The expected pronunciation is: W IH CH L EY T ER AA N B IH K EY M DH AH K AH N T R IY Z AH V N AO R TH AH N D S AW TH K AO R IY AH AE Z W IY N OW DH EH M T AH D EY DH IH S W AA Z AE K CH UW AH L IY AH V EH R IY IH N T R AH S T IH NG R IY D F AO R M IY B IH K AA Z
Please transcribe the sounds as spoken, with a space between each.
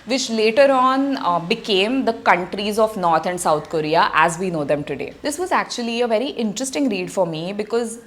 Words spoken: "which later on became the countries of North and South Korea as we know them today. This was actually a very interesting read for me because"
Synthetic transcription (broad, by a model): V IH CH L EY T ER AA N B IH K EY M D AH K AH N T R IY Z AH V N AO R T AH N D S AW T K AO R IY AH AE Z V IY N OW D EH M T AH D EY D IH S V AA Z AE K CH UW AH L IY AH V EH R IY IH N T R AH S T IH NG R IY D F AO R M IY B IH K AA Z